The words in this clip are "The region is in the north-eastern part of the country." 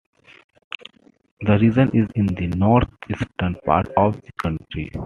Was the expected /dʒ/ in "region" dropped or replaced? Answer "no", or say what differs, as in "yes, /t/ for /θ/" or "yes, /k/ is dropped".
yes, /z/ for /dʒ/